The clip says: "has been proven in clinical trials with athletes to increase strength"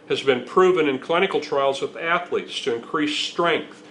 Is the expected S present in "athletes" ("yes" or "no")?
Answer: yes